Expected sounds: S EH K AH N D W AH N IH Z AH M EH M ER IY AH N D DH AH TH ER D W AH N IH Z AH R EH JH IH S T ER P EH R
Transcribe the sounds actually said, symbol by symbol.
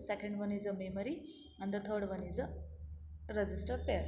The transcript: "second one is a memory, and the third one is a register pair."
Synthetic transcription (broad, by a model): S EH K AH N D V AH N IH Z AH M EH M ER IY AH N D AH T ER D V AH N IH Z AH R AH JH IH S T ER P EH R